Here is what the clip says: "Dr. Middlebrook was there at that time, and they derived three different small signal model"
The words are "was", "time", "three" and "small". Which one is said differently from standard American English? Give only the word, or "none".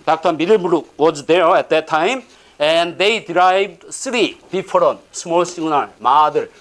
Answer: three